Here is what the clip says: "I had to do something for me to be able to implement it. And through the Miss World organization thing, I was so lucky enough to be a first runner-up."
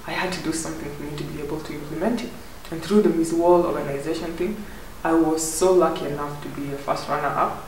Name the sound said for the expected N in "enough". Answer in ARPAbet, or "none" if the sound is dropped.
N